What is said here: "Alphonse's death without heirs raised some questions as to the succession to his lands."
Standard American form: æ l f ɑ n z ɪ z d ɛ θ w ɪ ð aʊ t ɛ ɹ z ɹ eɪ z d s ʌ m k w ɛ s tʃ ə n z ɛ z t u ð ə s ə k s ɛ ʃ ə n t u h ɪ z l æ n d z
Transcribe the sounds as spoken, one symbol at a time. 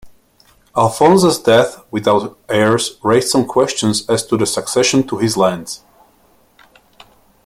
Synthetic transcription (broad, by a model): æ l f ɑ n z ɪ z d ɛ θ w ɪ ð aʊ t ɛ ɹ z ɹ eɪ z d s ʌ m k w ɛ s tʃ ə n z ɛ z t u ð ə s ə k s ɛ ʃ ə n t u h ɪ z l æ n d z